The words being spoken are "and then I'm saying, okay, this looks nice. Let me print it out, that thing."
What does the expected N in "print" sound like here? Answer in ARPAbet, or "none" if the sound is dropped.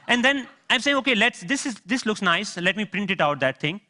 N